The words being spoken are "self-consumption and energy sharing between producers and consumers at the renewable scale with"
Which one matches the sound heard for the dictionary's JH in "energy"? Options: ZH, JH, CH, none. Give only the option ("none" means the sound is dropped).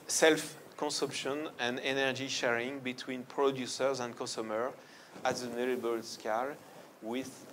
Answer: JH